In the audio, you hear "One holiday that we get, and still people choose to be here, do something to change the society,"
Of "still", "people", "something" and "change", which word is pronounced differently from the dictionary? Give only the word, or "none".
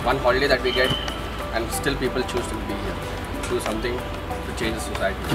something